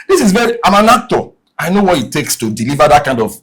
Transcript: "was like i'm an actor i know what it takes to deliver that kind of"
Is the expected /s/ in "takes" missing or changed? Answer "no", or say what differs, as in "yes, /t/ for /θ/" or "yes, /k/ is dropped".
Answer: no